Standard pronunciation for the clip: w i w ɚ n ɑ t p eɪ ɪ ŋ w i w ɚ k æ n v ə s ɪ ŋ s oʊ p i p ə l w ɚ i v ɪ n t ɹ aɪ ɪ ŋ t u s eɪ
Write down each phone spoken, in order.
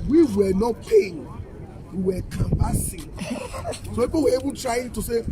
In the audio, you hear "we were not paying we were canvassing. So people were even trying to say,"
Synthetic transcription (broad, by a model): w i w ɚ n ɑ t p eɪ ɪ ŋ w i w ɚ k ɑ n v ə s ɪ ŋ s oʊ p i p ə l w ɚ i b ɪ t ɹ aɪ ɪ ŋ t u s eɪ